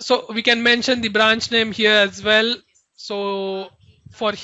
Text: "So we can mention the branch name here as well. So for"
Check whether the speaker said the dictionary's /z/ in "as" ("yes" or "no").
yes